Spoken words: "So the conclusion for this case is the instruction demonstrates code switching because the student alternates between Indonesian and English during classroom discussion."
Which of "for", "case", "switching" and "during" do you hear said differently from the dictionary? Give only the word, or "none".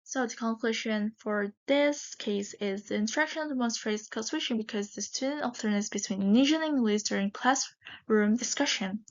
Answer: switching